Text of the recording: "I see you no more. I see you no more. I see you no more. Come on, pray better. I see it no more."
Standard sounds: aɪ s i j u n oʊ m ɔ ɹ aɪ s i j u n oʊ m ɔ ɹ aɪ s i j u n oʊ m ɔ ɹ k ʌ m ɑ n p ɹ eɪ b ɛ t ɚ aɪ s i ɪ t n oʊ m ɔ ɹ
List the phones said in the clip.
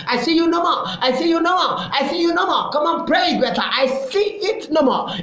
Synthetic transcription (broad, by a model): aɪ s i j u n oʊ m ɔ aɪ s i j u n oʊ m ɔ aɪ s i j u n oʊ m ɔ k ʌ m ɑ n p ɹ eɪ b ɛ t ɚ aɪ s i ɪ t n oʊ m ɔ